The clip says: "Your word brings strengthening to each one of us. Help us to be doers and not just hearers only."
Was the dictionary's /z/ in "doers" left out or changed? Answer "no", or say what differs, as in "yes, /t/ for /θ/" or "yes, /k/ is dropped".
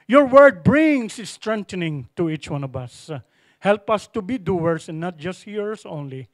yes, /s/ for /z/